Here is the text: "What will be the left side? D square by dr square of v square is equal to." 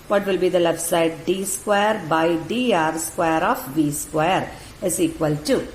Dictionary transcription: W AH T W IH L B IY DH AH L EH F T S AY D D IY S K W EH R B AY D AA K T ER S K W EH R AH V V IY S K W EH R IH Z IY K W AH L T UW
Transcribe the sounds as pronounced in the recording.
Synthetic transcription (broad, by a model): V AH T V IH L B IY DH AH L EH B S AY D D IY S K W EH R B AY D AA T S K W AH R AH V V IY S K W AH R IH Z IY K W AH L T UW